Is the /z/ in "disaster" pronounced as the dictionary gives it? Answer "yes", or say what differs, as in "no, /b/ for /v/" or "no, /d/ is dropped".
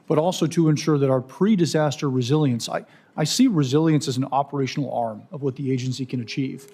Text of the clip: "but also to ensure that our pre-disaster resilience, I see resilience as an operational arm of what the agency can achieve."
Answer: yes